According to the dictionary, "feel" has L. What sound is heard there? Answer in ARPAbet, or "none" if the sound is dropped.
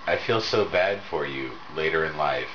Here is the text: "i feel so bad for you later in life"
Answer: L